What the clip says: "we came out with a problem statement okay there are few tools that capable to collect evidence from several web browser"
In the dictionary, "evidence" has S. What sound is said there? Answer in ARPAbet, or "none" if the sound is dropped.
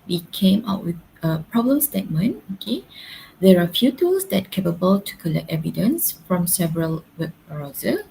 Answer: S